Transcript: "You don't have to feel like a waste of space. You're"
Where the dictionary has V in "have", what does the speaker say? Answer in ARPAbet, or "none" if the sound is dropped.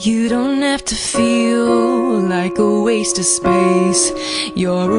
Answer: F